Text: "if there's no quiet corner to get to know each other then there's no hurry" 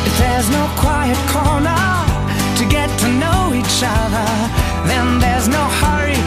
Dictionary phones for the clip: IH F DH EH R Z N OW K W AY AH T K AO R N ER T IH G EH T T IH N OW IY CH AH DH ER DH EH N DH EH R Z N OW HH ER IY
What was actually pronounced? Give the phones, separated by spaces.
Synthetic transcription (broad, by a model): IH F DH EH R Z N OW K W AY AH T K AO R N ER T IH G EH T T IH N OW IY CH AH DH ER DH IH N DH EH R Z N OW HH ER IY